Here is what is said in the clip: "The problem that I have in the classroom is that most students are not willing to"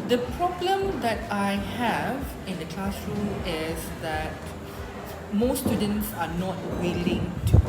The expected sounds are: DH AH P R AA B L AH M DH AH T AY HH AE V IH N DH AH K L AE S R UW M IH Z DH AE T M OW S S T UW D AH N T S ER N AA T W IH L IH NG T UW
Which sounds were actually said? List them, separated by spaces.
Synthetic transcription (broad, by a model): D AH P R AA B L AH M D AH T AY HH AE V IH N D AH K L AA S R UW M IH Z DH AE T M OW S S T UW D AH N T S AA N AA T W IH L IH NG T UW